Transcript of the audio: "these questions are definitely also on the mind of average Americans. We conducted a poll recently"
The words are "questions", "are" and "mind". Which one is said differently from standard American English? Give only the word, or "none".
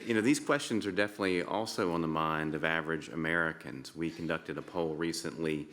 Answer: none